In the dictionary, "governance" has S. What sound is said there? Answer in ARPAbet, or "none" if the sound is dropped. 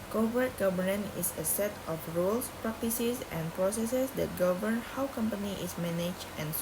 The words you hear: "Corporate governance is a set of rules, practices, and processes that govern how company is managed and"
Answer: none